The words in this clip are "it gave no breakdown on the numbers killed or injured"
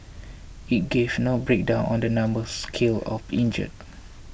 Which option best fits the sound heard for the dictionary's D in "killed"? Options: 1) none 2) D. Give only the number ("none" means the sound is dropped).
1